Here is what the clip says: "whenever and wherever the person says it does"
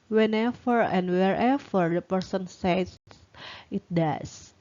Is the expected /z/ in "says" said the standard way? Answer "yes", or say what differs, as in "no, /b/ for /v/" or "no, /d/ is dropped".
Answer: no, /z/ is dropped